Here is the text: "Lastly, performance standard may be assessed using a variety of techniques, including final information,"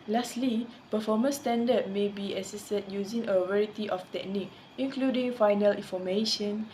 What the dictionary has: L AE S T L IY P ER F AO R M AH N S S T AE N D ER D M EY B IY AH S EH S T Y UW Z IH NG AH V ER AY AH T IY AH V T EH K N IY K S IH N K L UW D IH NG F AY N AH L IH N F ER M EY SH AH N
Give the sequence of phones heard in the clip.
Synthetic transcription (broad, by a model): L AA S T L IY P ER F AO M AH N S S T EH N D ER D M EY B IY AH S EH S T Y UW Z IH NG AH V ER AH T IY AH F T EH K N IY K IH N K L UW D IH NG F AY N AH L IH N F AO M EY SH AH N